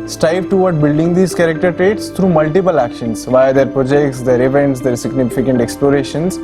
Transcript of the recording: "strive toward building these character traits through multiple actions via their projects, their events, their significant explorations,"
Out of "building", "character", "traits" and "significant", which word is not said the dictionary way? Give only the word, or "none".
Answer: none